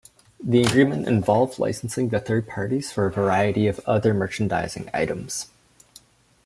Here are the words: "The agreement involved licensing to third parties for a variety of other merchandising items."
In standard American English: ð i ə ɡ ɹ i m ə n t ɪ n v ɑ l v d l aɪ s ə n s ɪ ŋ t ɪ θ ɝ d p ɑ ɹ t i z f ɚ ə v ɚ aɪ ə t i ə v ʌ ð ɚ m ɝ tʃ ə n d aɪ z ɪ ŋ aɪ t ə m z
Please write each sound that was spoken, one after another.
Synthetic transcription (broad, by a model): ð i ə ɡ ɹ i m ə n t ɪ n v ɑ l v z l aɪ s n s ɪ ŋ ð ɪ θ ɝ d p ɑ ɹ t i z f ɚ ə v ɚ aɪ ə t i ə v ʌ ð ɚ m ɝ tʃ n d aɪ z ɪ ŋ aɪ t ə m z